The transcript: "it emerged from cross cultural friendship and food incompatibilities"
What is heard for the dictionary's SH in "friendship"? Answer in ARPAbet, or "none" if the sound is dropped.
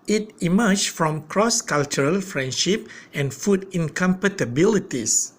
SH